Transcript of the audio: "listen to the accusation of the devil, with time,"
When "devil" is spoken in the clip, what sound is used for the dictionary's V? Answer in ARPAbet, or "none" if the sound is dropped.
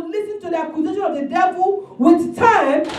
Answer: B